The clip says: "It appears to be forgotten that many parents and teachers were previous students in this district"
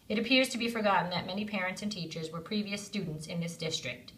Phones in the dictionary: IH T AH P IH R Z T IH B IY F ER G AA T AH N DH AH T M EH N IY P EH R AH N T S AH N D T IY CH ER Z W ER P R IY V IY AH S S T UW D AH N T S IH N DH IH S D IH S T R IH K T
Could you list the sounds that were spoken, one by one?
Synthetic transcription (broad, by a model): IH T AH P IH R Z T IH B IY F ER G AA T N DH AH T M EH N IY P EH R AH N T S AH N T IY CH ER Z W ER P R IY V IY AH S S T UW D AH N T S IH N DH IH S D IH S T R IH K T